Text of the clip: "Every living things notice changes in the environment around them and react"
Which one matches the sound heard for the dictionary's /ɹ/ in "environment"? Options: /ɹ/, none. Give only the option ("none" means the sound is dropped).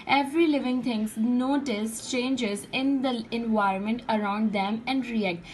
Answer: /ɹ/